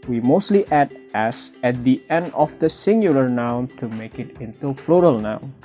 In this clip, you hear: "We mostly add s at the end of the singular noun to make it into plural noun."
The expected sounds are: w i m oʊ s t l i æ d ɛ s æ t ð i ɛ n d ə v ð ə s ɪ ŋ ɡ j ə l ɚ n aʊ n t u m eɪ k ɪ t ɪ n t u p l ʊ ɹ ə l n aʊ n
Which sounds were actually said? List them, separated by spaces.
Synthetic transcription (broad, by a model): w i m oʊ s t l i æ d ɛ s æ t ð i ɛ n d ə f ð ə s ɪ ŋ ɡ j ə l ɚ n aʊ n t u m eɪ k ɪ t ɪ n t u f l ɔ ɹ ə l n aʊ n